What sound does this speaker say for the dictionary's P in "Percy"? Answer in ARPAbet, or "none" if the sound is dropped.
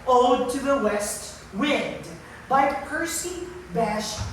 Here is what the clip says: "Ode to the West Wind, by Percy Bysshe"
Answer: P